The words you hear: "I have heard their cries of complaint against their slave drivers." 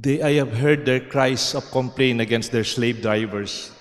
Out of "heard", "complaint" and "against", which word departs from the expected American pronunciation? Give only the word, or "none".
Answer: complaint